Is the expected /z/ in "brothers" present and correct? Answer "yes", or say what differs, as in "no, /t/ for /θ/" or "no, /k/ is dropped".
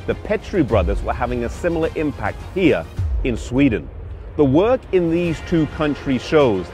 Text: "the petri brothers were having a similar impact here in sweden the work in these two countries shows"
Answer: yes